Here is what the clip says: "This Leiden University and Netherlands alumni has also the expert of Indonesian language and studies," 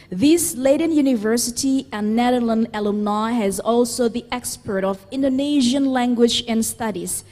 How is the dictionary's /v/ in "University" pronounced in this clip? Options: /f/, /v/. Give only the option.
/v/